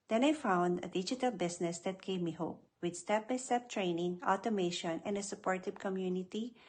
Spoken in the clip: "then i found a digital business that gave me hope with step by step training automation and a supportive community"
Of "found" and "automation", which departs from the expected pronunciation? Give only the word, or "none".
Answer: none